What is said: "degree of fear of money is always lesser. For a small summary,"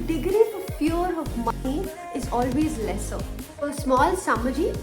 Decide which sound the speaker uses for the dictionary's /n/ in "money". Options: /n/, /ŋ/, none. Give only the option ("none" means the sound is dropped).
none